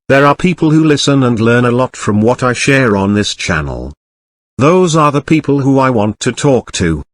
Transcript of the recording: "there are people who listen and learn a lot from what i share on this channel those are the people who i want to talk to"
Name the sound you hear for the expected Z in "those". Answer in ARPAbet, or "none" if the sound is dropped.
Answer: Z